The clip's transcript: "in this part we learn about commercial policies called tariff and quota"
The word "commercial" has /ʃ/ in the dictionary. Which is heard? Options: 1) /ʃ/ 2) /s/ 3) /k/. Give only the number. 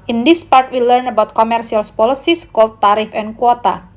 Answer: 2